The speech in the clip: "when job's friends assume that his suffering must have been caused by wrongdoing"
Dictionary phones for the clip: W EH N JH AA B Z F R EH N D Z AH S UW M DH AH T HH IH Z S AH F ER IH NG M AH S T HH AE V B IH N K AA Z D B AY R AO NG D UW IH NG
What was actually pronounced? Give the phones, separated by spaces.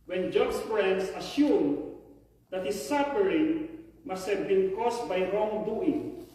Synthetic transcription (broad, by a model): W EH N JH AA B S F R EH N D S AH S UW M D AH T HH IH S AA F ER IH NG M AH S T HH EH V B IH N K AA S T B AY R AO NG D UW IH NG